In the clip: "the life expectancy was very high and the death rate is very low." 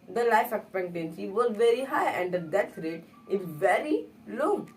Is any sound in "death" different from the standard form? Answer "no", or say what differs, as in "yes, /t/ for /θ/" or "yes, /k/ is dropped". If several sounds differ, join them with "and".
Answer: yes, /s/ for /θ/